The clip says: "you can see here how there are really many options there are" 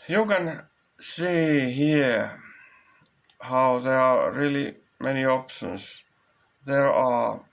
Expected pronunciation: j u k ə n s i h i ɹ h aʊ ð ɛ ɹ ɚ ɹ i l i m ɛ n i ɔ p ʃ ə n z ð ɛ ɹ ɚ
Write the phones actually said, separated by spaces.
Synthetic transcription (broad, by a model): j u k ə n s i h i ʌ h aʊ ð ɛ ɹ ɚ ɹ i l i m ɛ n i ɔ p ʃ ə n s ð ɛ ɹ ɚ